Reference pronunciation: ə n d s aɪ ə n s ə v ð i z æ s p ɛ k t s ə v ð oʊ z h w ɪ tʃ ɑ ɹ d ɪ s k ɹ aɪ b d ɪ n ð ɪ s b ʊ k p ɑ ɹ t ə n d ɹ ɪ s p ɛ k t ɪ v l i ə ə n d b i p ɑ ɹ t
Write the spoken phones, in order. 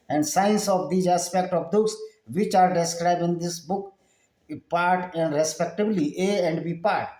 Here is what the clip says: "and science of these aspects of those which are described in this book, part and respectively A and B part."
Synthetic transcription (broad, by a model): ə n d s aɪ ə n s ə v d i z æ s p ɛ k t ə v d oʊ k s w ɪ tʃ ɑ ɹ d ɪ s k ɹ aɪ b d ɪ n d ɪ s b ʊ k p ɑ ɹ t ə n d ɹ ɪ s p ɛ k t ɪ b l i ə ə n d b i p ɑ ɹ t